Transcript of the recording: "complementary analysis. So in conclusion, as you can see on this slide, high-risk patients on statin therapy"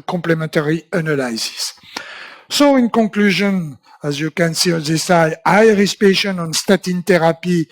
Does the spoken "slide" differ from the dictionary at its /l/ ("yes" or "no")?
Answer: yes